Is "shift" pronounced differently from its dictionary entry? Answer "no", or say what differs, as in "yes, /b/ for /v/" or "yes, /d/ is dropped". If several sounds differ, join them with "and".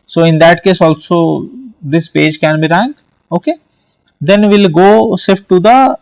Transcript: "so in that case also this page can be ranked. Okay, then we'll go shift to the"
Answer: yes, /s/ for /ʃ/